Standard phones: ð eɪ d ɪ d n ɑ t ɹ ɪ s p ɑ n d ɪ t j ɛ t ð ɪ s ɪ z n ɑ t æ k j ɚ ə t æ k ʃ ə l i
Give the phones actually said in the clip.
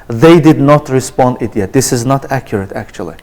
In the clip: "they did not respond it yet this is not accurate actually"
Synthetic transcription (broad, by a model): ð eɪ d ɪ d n ɑ t ɹ ɪ s p ɑ n d ɪ t j ɛ t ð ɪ s ɪ z n ɑ t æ k j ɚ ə t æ k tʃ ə l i